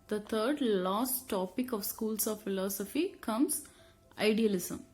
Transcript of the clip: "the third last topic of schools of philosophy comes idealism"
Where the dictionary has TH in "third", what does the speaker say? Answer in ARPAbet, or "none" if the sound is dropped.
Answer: T